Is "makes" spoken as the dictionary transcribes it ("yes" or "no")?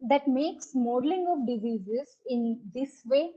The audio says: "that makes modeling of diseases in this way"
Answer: yes